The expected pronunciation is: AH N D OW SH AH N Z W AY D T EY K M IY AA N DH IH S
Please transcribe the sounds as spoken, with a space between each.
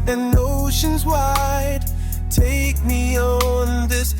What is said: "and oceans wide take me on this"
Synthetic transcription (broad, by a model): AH N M OW SH AH N Z W AY D T EY K M IY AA N DH IH S